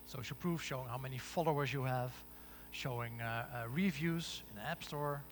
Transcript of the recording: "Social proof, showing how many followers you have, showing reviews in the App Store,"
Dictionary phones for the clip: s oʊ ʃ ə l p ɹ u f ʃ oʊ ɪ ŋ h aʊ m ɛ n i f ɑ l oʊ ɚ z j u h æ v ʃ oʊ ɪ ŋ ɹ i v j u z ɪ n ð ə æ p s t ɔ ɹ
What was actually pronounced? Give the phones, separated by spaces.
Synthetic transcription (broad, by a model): s oʊ ʃ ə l p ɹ u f ʃ oʊ ɪ ŋ h aʊ m ɛ n i f ɑ l oʊ ɚ z j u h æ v ʃ oʊ ɪ ŋ ɹ i v j u z ɪ n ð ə æ p s t ɔ ɹ